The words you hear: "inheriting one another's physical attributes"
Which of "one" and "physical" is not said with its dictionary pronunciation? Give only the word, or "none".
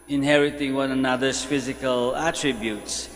none